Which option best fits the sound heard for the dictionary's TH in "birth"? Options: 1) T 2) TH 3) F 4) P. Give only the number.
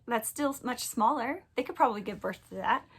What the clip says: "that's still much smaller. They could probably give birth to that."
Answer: 2